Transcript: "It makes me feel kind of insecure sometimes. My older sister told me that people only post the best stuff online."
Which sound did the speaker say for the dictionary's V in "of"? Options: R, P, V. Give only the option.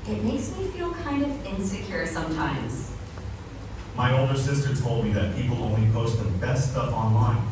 V